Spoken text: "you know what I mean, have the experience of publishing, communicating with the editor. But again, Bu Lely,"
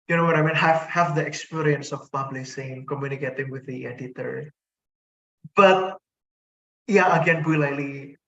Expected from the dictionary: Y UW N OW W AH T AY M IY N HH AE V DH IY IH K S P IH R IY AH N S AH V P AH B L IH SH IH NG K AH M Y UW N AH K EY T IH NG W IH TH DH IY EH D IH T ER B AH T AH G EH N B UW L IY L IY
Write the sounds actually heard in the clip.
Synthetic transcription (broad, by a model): Y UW N OW W AH T AY M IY N HH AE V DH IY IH K S P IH R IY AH N S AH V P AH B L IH S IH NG K AH M Y UW N AH K EY T IH NG W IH DH IY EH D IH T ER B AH T AH G EH N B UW L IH L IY